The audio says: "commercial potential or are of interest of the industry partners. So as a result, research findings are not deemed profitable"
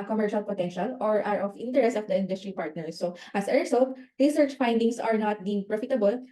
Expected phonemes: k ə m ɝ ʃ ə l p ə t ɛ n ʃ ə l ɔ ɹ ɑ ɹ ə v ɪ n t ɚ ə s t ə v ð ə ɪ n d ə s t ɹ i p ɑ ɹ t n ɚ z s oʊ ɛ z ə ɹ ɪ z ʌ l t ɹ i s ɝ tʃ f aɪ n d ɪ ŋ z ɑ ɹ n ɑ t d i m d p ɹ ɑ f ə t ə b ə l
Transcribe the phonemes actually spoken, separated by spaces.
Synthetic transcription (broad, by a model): k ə m ɝ ʃ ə l p ə t ɛ n ʃ ə l ɔ ɹ ɑ ɹ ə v ɪ n t ɚ ə s t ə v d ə ɪ n d ə s t ɹ i p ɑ ɹ t n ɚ s oʊ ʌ s ə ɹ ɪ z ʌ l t ɹ i s ɝ tʃ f aɪ n d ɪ ŋ s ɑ ɹ n ɑ t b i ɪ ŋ p ɹ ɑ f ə t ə b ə l